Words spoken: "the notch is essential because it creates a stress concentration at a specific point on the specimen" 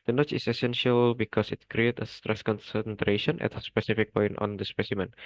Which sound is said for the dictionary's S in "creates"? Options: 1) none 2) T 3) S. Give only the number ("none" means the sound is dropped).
1